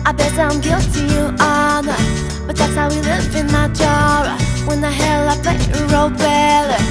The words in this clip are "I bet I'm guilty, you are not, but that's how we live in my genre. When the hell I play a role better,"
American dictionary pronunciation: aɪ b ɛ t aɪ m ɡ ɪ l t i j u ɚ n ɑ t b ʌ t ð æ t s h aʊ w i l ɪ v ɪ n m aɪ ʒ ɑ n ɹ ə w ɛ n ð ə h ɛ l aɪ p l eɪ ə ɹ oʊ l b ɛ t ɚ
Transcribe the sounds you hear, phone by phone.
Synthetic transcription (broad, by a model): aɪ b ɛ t aɪ m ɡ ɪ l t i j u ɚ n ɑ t b ʌ t ð æ t s h aʊ w i l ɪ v ɪ n m aɪ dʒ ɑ ɹ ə w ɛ n ð ə h ɛ l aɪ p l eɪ ə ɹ oʊ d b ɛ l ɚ